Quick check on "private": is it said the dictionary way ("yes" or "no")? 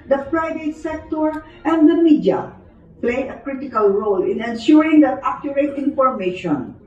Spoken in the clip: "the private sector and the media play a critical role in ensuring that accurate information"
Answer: no